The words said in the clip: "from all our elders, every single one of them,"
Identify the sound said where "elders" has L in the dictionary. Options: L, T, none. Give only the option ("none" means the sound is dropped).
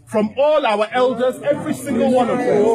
L